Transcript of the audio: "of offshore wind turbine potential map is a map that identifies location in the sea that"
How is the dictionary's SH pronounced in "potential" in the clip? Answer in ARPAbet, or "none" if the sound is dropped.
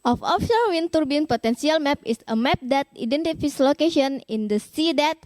S